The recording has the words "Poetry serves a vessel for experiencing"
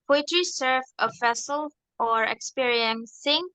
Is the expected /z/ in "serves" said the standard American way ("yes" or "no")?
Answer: no